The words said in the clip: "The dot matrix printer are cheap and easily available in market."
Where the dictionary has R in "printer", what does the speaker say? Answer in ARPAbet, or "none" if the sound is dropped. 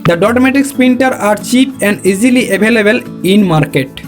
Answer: none